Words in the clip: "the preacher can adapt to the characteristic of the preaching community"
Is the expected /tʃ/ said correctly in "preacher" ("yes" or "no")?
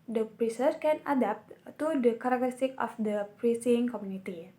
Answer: no